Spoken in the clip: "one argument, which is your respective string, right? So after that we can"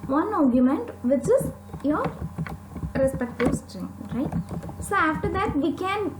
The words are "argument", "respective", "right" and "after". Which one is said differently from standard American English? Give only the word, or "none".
none